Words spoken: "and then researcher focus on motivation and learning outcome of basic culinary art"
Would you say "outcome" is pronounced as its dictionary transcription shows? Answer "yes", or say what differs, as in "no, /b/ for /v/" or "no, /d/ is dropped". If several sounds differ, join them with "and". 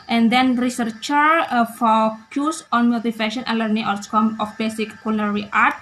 no, /s/ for /t/